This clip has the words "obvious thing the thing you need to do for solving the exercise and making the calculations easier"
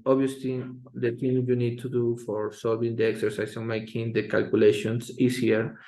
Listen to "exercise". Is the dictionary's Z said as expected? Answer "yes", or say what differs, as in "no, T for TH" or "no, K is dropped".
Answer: no, S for Z